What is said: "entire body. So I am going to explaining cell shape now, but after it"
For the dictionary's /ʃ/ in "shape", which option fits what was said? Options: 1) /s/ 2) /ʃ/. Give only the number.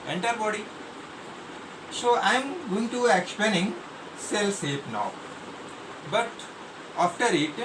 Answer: 1